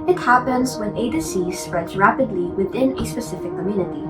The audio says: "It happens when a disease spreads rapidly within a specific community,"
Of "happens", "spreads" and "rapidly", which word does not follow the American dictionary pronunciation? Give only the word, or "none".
none